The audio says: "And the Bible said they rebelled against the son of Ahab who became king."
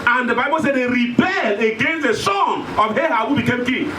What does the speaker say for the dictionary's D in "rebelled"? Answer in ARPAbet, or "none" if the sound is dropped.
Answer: none